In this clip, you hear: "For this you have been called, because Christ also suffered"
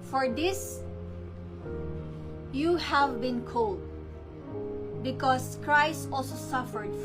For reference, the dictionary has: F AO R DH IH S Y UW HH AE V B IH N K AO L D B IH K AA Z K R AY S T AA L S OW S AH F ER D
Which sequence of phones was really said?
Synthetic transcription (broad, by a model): F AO R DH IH S Y UW HH AE V B IH N K AO L D B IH K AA S K R AY S T AA L S OW S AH F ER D